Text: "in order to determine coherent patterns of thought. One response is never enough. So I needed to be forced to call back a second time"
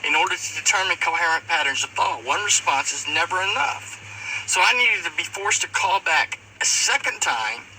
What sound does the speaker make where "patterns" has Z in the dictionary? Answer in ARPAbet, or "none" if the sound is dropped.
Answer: Z